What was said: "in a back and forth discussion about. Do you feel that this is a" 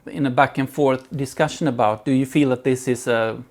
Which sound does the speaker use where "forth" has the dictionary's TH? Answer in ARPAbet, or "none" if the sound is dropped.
TH